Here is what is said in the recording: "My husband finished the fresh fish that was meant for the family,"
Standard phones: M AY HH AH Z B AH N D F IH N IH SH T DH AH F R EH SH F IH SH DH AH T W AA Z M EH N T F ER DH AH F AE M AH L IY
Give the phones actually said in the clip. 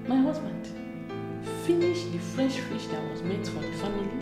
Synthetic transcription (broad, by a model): M AY HH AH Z B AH N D F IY N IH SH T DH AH F R EH SH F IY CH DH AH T W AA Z M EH T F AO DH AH F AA M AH L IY